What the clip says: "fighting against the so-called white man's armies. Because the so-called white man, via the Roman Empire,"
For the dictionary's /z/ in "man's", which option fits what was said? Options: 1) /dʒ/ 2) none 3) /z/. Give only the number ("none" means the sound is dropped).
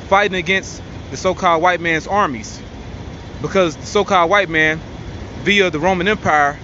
3